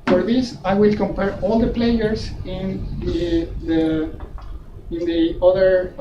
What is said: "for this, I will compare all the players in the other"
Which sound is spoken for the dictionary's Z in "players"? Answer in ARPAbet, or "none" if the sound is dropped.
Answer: S